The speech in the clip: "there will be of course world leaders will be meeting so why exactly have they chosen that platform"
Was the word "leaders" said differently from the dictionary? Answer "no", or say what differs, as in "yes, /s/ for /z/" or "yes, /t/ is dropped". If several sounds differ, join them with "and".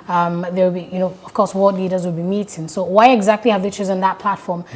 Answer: no